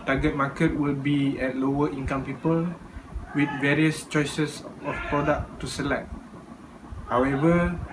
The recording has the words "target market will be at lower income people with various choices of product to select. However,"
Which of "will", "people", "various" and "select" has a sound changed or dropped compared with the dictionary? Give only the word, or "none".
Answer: none